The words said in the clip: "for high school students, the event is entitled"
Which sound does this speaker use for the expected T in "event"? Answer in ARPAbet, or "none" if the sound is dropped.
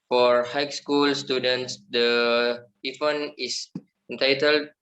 none